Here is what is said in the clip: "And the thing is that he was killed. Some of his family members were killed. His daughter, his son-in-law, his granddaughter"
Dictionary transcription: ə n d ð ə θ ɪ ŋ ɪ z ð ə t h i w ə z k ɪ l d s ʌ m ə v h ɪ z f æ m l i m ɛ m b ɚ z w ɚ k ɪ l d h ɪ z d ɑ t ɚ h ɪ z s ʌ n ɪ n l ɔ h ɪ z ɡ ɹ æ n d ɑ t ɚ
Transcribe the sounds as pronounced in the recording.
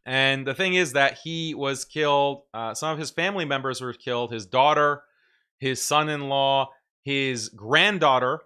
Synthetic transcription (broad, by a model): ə n ð ə θ ɪ ŋ ɪ z ð ə t h i w ə z k ɪ l d s ʌ m ə v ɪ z f æ m l i m ɛ m b ɚ z w ɚ k ɪ l d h ɪ z d ɑ t ɚ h ɪ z s ʌ n ɪ n l ɔ h ɪ z ɡ ɹ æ n d ɑ t ɚ